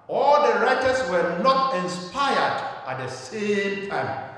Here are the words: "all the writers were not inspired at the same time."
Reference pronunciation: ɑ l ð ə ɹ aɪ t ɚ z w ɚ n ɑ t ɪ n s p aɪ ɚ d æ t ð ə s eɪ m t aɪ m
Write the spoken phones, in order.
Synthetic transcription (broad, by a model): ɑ l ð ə ɹ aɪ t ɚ s w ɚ n ɑ t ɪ n s p aɪ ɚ d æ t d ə s eɪ m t aɪ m